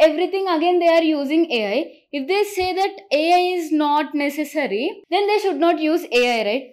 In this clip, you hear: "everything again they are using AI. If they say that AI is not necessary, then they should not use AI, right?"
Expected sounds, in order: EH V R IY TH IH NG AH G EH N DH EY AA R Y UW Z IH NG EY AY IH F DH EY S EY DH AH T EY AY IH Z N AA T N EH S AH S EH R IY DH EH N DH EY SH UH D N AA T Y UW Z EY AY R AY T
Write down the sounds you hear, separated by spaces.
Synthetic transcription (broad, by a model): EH V R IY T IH NG AH G EH N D EY AA R Y UW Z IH NG EY AY IH F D EY S EY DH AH T EY AY IH Z N AA T N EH S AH S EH R IY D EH N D EY SH UH D N AA T Y UW Z EY AY R AY T